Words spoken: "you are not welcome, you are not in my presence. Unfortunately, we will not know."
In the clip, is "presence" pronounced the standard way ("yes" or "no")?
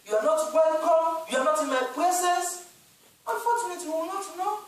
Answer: no